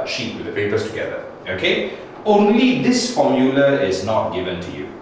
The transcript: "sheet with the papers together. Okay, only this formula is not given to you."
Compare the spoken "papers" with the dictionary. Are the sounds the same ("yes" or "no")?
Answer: no